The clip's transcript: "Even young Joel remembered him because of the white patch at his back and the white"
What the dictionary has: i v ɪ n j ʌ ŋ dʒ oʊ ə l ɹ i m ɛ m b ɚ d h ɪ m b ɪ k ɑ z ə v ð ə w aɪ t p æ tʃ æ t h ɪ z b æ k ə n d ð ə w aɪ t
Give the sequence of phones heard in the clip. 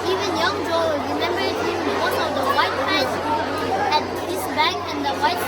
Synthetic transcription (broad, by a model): i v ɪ n j ʌ ŋ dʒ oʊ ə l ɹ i m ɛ m b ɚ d h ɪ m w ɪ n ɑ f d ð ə w aɪ t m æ s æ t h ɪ s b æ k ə n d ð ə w aɪ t